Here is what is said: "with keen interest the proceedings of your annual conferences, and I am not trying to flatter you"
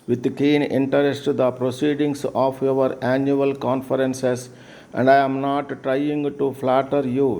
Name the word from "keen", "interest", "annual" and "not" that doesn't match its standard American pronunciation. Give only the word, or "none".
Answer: none